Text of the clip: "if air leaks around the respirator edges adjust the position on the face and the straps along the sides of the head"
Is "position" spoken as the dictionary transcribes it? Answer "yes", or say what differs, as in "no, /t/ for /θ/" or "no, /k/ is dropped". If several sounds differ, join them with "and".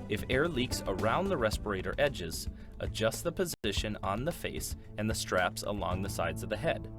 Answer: yes